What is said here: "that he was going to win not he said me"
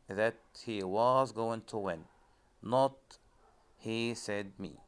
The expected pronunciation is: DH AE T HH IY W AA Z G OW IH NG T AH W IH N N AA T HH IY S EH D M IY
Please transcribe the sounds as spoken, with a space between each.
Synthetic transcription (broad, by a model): DH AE T HH IY W AA Z G OW IH NG T AH W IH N N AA T HH IY S EH D M IY